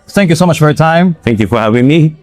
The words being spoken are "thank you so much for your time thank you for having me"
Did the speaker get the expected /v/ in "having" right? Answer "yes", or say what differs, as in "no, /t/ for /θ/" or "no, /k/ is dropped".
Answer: no, /w/ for /v/